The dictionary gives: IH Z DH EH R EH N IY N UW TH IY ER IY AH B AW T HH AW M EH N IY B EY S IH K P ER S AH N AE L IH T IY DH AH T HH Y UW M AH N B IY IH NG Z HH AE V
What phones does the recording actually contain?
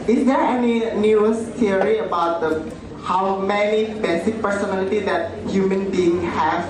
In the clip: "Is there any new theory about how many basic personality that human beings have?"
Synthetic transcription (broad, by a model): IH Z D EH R EH N IY N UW S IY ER IY AH B AW T HH AW M EH N IY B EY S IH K P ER S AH N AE L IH T IY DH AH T HH Y UW M AH N B IY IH NG HH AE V